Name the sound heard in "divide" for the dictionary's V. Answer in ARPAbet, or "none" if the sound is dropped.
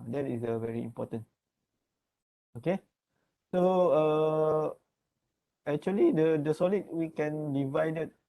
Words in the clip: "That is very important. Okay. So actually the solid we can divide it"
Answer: V